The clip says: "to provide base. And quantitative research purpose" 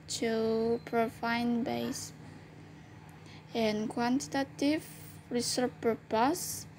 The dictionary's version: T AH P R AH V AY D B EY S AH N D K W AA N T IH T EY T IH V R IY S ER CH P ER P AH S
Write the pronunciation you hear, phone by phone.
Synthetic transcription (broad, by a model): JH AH P R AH F AY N B EY S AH N K W AA N T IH T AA T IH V R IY S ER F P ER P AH S